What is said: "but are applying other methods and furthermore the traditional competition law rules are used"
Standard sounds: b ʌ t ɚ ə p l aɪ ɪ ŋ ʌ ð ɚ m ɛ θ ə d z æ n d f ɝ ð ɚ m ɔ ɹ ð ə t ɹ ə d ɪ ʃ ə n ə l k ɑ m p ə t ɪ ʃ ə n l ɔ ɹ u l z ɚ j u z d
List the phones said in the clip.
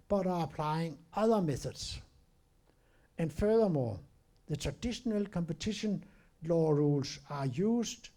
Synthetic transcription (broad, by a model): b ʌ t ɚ ə p l aɪ ɪ ŋ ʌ ð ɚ m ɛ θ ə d s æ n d f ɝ ð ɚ m ɔ ð ə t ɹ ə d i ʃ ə n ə l k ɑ m p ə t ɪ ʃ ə n l ɔ ɹ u l s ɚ j u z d